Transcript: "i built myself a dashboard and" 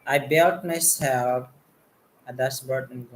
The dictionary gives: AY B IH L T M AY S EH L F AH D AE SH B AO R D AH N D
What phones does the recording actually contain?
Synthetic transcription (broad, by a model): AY B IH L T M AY S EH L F AH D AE S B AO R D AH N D